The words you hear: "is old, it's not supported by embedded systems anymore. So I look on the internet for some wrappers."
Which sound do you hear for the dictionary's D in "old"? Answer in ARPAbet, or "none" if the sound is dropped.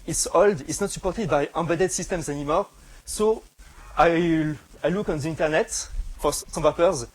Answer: D